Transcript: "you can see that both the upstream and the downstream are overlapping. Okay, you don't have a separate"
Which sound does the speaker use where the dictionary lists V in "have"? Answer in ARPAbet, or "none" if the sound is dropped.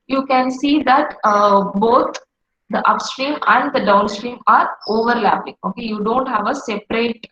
V